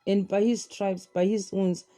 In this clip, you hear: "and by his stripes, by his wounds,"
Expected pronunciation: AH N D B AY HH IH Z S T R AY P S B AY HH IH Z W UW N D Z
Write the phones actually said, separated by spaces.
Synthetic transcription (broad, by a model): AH N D B AY HH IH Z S T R AY B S B AY HH IH Z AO N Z